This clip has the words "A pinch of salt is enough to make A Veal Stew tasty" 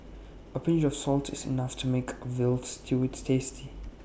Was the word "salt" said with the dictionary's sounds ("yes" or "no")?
yes